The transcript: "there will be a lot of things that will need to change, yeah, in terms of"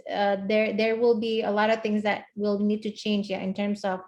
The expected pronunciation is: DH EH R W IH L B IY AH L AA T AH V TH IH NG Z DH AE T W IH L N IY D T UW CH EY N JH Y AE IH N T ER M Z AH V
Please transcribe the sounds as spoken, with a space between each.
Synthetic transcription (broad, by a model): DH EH R W IH L B IY AH L AA T AH V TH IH NG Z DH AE T W IH L N IY D T UW CH EY N JH Y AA IH N T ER M S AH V